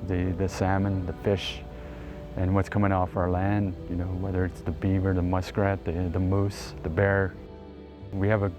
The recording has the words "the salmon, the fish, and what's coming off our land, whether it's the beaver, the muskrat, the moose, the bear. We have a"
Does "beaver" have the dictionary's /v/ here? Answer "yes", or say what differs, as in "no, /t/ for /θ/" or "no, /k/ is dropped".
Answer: yes